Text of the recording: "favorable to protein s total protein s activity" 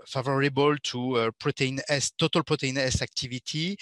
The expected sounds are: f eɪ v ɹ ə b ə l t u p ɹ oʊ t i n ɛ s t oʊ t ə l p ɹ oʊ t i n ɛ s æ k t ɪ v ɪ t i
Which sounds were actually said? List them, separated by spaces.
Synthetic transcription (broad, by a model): f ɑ v ɹ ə b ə l t u p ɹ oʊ t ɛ n ɛ s t oʊ t ə l p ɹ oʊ t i n ɛ s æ k t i v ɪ t i